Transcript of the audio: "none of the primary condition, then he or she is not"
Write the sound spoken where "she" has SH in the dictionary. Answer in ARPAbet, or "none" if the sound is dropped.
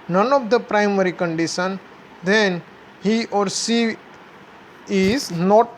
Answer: S